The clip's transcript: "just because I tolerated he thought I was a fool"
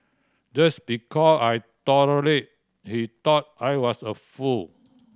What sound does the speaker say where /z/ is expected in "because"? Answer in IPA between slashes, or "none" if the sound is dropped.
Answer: none